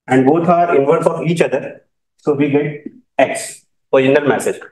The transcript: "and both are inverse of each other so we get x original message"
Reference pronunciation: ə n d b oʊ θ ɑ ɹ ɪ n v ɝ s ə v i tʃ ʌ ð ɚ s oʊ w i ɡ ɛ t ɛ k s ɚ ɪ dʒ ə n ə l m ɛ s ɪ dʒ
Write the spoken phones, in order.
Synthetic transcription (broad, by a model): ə n d b oʊ t ɑ ɹ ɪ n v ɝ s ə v i tʃ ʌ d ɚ s oʊ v i ɡ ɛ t ɛ k s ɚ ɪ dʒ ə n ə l m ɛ s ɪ dʒ